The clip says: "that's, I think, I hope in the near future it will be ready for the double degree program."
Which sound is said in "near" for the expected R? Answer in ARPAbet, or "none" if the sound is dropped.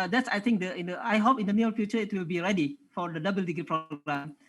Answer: L